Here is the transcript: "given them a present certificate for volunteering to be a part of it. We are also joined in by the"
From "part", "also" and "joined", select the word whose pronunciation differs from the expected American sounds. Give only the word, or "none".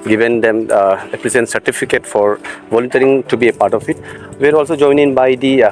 joined